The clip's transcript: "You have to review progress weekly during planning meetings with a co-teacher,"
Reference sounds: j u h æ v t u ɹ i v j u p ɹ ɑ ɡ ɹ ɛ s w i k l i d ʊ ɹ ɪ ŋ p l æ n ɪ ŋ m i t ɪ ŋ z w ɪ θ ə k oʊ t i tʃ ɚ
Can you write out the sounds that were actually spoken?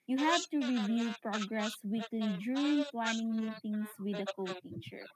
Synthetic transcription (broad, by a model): j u h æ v t u ɹ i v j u p ɹ ɑ ɡ ɹ ɛ s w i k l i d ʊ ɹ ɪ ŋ p l æ n ɪ ŋ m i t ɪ ŋ s w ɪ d ə k oʊ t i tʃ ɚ